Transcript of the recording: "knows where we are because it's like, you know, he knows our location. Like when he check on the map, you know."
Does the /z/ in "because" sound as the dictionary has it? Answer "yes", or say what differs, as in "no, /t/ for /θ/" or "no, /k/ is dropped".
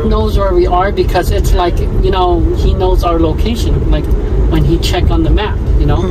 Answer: yes